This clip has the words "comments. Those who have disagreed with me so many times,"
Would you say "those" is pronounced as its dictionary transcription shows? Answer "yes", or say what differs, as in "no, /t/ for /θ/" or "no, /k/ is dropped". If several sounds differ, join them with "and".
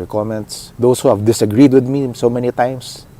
no, /s/ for /z/